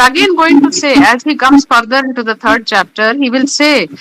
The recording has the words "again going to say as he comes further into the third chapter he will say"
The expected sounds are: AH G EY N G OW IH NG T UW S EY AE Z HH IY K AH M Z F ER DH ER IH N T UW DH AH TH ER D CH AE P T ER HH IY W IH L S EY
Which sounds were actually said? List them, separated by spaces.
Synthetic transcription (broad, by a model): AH G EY N G OW IH NG T UW S EY AE Z HH IY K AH M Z F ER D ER IH N T UW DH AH T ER D CH AE P T ER HH IY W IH L S EY